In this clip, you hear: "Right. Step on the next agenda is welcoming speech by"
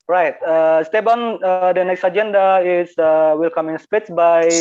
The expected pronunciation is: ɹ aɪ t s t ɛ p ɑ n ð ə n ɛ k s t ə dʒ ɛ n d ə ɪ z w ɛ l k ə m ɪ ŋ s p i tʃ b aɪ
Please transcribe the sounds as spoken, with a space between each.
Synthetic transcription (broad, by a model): ɹ aɪ t s t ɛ b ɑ n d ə n ɛ k s t ə dʒ ɛ n d ə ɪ s w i l k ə m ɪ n s p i s b aɪ